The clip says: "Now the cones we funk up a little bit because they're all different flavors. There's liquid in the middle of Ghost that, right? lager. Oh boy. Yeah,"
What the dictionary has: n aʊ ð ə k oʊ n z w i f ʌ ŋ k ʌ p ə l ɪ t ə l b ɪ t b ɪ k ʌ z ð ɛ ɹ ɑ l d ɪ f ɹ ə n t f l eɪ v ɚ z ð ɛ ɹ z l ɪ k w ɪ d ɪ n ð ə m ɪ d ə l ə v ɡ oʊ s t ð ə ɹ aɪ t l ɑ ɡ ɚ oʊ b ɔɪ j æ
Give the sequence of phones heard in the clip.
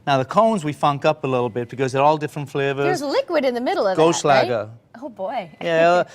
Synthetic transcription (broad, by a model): n aʊ ð ə k oʊ n z w i f ʌ ŋ k ʌ p ə l ɪ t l b ɪ t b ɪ k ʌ z ð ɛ ɹ ɑ l d ɪ f ɹ ə n t f l eɪ v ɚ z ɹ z l ɪ k w ɪ d ɪ n ð ə m ɪ d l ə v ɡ oʊ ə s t l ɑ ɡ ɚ oʊ b ɔɪ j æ